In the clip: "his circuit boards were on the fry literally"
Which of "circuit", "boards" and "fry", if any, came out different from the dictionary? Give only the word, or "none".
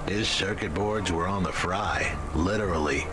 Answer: none